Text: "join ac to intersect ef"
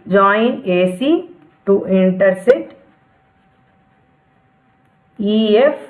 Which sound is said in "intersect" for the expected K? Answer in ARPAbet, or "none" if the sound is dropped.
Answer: none